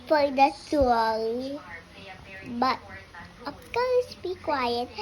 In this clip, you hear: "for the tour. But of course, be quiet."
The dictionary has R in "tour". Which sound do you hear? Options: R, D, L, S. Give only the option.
L